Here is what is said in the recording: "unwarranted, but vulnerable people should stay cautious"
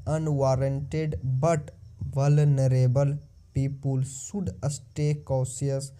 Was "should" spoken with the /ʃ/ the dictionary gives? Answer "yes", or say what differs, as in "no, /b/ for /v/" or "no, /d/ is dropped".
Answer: no, /s/ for /ʃ/